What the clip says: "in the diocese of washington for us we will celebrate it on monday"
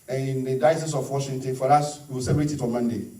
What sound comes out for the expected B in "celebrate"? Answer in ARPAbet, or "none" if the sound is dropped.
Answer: none